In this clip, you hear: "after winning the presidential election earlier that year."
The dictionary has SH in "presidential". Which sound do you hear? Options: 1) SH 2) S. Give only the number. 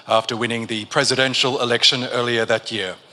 1